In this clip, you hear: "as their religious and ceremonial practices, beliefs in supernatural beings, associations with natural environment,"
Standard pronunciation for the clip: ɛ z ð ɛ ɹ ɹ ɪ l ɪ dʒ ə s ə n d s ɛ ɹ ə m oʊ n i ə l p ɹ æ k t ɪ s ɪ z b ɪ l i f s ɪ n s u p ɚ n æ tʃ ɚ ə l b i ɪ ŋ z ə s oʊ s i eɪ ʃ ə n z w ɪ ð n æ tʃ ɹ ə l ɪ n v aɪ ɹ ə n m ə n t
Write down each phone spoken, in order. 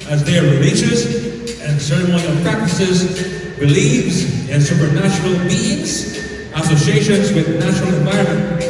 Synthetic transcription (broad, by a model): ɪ z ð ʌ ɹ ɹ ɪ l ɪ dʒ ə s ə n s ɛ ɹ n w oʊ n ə p ɹ æ k t ɪ s ɪ z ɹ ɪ l i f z ɪ n s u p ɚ n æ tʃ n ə l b i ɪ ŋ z ə s oʊ s i eɪ ʃ ə n z w ɪ ð n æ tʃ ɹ l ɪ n v aɪ ɹ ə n m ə n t